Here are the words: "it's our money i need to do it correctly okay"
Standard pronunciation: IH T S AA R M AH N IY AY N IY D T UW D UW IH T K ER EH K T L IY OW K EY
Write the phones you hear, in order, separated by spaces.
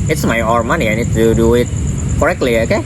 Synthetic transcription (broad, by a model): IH T S AA R M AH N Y AY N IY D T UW D UW IH T K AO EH K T L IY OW K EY